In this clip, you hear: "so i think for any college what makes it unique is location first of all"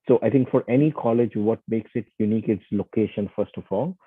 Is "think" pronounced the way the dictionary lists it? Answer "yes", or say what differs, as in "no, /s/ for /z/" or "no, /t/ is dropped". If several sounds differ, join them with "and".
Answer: no, /t/ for /θ/